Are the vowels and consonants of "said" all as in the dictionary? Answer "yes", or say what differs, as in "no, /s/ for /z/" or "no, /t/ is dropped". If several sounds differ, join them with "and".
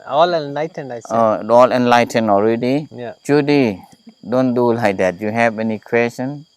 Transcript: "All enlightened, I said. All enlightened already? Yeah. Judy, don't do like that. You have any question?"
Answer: no, /d/ is dropped